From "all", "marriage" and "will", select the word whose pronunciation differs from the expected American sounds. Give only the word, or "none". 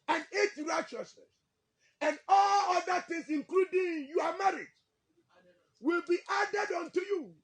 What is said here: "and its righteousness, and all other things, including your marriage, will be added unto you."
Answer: none